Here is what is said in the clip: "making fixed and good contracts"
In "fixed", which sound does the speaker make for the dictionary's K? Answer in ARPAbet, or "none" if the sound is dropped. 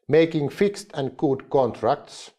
K